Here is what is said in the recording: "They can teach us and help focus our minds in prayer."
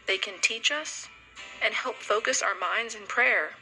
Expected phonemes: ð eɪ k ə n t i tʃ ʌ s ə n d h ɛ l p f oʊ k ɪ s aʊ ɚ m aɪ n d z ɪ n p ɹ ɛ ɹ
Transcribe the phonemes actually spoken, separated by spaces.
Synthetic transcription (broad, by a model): ð eɪ k ə n t i tʃ ʌ s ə n h ɛ l p f oʊ k ɪ s aʊ ɚ m aɪ n d z ɪ n p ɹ ɛ ɹ